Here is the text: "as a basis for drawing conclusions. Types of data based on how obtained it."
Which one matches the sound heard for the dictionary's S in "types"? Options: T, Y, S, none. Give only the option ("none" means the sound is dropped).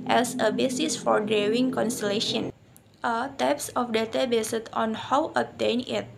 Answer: S